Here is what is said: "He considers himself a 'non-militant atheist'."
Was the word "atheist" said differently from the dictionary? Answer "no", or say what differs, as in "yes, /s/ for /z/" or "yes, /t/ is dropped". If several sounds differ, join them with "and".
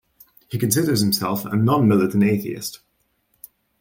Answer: no